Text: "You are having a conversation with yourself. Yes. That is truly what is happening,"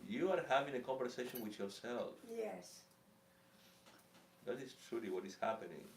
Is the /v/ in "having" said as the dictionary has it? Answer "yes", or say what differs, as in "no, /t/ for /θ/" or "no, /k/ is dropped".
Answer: yes